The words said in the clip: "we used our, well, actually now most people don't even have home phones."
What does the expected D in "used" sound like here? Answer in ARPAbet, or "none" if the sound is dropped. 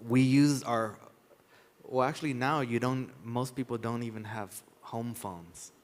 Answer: none